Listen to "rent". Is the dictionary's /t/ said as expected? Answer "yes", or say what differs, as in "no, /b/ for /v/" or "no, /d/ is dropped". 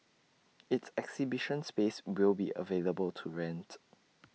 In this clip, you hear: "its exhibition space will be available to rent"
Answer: yes